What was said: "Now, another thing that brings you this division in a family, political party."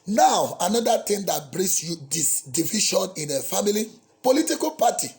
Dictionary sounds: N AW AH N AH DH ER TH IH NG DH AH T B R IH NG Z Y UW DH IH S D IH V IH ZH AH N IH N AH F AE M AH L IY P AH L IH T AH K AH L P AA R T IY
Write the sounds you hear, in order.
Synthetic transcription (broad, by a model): N AW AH N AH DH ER T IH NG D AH T B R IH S Y UW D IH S D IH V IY SH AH N IH N AH F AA M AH L IY P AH L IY T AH K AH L P AA T IY